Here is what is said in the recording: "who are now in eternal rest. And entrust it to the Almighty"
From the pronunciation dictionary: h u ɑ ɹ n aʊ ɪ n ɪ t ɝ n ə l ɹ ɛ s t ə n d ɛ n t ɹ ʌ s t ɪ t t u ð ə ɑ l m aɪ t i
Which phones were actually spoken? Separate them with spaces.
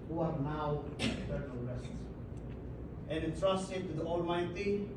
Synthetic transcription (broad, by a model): h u ɑ ɹ n aʊ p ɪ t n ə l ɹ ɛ s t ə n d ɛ t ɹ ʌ s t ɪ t t u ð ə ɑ l m aɪ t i